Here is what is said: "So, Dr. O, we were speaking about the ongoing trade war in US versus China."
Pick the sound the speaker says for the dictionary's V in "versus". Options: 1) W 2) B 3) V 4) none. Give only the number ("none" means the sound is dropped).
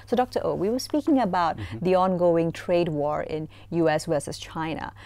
1